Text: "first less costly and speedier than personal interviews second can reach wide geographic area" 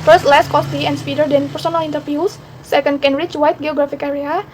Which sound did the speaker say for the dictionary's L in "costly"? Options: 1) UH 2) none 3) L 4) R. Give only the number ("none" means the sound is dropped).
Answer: 2